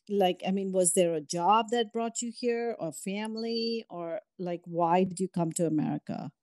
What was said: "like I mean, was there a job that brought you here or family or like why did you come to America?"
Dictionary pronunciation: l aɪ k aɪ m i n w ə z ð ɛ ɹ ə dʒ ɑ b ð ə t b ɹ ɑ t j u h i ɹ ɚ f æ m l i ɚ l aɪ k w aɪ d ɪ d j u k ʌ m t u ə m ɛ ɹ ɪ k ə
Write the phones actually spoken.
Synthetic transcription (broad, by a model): l aɪ k aɪ m i n w ə z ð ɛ ɹ ə dʒ ɑ b ð ə t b ɹ ɑ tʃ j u h i ɹ ɚ f æ m l i ɚ l aɪ k w aɪ d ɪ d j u k ʌ m t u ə m ɛ ɹ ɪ k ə